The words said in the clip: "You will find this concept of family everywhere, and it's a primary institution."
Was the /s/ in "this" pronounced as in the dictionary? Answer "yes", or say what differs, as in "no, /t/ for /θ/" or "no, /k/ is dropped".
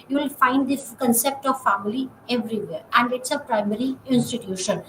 no, /s/ is dropped